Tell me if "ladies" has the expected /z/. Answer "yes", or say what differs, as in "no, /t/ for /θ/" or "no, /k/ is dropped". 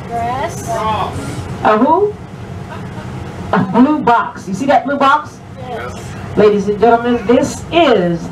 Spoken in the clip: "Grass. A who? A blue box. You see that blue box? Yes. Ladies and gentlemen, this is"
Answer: yes